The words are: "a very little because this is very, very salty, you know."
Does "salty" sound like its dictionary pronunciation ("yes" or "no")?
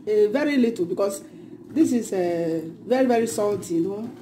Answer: no